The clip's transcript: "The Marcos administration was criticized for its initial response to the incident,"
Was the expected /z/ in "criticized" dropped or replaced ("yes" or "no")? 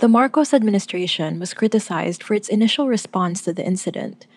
no